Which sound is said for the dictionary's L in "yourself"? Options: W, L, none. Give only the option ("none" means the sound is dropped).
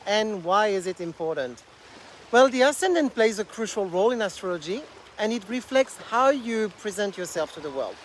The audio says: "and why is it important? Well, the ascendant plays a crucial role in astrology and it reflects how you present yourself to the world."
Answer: L